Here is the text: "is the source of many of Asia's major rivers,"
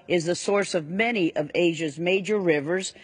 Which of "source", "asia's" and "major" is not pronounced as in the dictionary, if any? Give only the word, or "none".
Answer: none